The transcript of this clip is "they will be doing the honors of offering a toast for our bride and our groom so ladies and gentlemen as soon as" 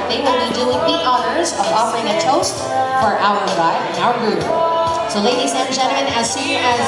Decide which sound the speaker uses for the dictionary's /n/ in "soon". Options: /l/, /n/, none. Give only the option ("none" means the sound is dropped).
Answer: none